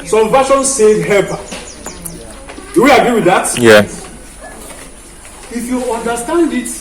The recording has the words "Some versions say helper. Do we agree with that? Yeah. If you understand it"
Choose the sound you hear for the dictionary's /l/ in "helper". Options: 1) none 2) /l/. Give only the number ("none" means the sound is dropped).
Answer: 1